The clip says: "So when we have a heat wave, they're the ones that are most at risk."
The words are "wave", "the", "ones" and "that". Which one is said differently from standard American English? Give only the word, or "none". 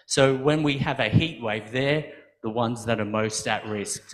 none